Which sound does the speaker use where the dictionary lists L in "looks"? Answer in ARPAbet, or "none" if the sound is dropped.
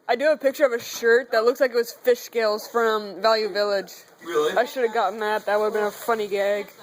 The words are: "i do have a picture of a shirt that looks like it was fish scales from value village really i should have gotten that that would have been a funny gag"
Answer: L